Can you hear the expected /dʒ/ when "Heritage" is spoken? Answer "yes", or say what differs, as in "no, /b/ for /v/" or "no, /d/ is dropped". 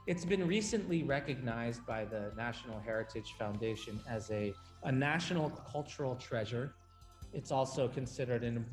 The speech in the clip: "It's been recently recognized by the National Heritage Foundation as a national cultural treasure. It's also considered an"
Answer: no, /ʒ/ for /dʒ/